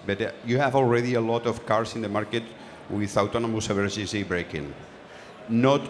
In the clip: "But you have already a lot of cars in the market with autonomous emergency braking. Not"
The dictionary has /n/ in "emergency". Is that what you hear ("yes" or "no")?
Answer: no